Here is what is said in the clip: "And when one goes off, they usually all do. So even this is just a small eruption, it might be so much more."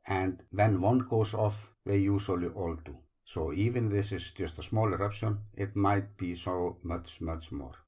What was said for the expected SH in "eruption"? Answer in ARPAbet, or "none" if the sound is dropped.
SH